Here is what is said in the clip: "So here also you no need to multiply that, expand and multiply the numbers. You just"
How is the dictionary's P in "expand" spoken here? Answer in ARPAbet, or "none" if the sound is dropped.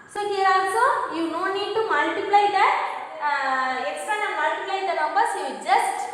none